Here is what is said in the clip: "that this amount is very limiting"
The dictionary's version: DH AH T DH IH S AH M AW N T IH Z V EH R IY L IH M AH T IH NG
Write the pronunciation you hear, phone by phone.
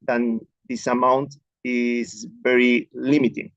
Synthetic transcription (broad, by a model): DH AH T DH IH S AH M AW N T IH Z V EH R IY L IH M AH T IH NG